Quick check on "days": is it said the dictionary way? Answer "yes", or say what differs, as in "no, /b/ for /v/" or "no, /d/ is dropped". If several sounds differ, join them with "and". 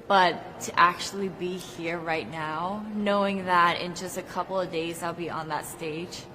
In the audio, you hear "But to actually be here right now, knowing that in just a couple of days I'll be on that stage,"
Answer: yes